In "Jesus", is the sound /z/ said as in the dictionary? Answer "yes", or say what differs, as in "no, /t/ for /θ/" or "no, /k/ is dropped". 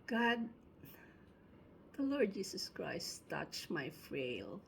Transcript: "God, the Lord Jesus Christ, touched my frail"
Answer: no, /s/ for /z/